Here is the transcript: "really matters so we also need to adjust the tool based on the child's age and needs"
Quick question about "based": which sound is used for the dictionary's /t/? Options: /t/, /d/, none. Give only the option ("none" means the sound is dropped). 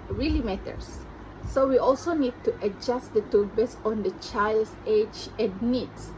none